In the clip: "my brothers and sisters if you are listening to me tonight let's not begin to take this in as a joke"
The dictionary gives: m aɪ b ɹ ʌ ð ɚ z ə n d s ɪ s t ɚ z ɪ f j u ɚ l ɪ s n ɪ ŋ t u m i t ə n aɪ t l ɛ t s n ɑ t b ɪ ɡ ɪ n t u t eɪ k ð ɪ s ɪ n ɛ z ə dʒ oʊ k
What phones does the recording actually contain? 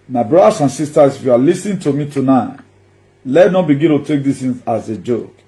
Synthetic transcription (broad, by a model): m aɪ b ɹ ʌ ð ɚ s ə n s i s t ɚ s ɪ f j u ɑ l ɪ s n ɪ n t u m i t ə n aɪ t l ɛ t n ɑ t b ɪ ɡ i n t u t eɪ k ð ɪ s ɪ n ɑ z ə dʒ oʊ k